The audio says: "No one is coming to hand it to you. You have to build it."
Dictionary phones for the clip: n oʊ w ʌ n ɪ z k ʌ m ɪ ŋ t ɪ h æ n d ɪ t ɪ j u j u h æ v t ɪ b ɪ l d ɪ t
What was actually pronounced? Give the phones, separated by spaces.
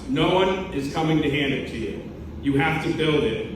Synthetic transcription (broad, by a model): n oʊ w ʌ n ɪ z k ʌ m ɪ ŋ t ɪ h æ n d ɪ t ɪ j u j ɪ h æ f t ɪ b ɪ l d ɪ t